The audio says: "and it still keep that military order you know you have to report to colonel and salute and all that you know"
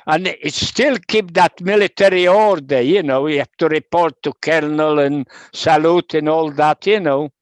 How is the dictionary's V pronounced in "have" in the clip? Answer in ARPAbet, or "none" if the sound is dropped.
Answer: F